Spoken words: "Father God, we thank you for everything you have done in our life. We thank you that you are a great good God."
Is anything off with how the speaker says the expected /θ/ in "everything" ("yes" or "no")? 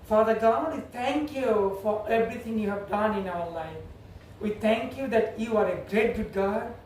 yes